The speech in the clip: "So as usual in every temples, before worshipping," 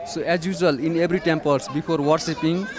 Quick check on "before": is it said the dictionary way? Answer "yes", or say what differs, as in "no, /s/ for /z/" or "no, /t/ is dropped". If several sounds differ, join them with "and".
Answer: no, /p/ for /f/